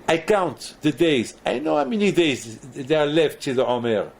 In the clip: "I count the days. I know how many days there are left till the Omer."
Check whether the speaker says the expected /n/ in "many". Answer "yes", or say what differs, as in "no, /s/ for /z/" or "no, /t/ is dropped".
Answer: yes